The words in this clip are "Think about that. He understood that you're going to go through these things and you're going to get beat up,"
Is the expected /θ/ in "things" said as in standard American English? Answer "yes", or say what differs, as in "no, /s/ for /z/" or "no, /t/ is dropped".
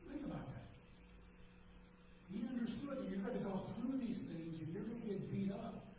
yes